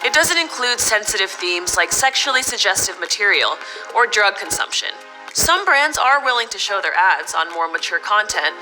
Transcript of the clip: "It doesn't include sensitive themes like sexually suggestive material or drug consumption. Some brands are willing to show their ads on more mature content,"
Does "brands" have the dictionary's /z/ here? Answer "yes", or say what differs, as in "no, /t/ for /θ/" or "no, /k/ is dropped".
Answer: yes